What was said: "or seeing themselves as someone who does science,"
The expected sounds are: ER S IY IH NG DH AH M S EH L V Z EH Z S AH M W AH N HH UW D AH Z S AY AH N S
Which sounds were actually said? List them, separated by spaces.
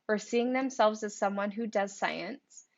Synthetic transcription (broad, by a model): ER S IY IH NG DH AH M S EH L V Z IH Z S AH M W AH N HH UW D AH Z S AY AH N S